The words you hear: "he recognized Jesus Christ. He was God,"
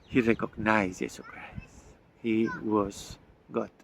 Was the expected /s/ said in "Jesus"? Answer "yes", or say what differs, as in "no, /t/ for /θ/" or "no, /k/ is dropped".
no, /s/ is dropped